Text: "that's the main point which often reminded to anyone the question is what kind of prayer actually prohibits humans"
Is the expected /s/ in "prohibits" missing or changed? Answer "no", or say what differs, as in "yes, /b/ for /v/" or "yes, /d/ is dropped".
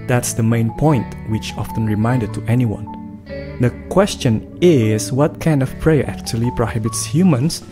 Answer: no